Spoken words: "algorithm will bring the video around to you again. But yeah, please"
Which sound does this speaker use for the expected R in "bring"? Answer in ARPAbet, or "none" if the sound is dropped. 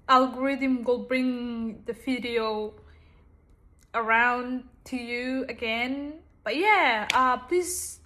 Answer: R